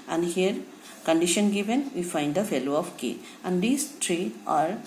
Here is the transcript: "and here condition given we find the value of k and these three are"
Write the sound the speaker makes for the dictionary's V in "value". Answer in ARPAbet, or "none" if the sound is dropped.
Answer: F